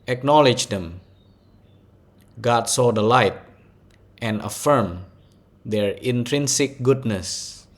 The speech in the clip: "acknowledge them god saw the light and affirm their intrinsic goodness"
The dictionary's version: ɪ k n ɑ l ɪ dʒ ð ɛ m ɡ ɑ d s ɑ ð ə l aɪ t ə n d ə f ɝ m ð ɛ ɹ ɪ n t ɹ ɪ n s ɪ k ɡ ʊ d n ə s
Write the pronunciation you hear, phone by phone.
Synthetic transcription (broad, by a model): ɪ k n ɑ l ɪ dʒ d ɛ m ɡ ɑ d s ɑ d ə l aɪ t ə n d ə f ɝ m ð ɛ ɹ ɪ n t ɹ ɪ n s ɪ k ɡ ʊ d n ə s